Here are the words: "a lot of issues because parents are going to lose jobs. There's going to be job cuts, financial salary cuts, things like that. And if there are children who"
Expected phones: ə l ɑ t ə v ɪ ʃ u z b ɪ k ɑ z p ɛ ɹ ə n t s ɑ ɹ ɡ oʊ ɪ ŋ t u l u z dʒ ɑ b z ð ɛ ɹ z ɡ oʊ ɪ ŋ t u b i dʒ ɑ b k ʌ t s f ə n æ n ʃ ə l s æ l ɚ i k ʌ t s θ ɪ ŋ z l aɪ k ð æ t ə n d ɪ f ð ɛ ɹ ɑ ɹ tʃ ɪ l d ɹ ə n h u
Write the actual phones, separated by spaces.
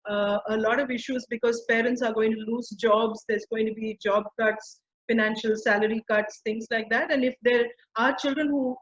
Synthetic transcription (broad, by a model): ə l ɑ t ə v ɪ ʃ u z b ɪ k ɑ z p ɛ ɹ ə n t s ɑ ɹ ɡ oʊ ɪ ŋ t u l u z dʒ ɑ b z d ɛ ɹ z ɡ oʊ ɪ ŋ t u b i dʒ ɑ b k ʌ t s f ə n æ n ʃ ə l s æ l ɚ i k ʌ t s t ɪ ŋ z l aɪ k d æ t ə n d ɪ f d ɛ ɹ ɑ ɹ tʃ ɪ l d ɹ ə n h u